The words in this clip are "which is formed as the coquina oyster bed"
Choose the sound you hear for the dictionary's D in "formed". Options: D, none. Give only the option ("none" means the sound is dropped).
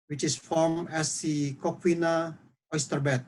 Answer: none